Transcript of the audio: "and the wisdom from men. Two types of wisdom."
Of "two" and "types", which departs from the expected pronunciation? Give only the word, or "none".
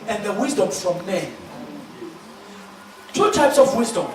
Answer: none